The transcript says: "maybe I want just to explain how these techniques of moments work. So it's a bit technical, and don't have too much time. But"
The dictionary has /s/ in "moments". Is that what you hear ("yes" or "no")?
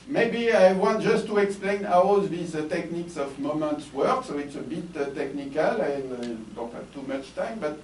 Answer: yes